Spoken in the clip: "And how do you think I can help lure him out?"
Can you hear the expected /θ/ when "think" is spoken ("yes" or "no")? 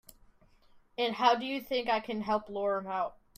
yes